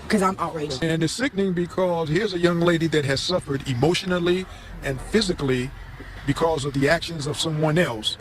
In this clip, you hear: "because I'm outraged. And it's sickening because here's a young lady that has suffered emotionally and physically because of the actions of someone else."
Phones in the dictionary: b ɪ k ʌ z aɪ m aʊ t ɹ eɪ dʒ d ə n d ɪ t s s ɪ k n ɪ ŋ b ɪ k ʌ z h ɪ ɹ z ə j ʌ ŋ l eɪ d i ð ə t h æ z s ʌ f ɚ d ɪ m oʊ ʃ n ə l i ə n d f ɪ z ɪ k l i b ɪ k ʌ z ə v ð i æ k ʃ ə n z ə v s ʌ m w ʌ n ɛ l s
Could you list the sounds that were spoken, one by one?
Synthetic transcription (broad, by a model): k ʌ z aɪ m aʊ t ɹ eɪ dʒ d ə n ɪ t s s ɪ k n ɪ ŋ b ɪ k ʌ z h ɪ ɹ z ə j ʌ ŋ l eɪ d i ð ə t h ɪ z s ʌ f ɚ d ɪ m oʊ ʃ n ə l i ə n f ɪ z ɪ k l i b ɪ k ʌ z ə v ð i æ k ʃ ə n z ə v s ʌ m w ʌ n ɛ l s